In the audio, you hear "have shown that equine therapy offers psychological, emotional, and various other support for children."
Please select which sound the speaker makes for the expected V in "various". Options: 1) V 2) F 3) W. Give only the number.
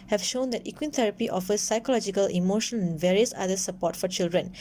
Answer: 1